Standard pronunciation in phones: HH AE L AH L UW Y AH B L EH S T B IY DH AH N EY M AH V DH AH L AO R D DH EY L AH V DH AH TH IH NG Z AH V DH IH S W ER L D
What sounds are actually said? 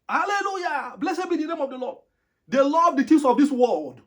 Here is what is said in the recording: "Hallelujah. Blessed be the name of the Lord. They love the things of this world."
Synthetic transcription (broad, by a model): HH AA L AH L UW Y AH B L EH S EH B IY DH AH N EY M AH V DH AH L AO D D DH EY L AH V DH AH T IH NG S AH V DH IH S W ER L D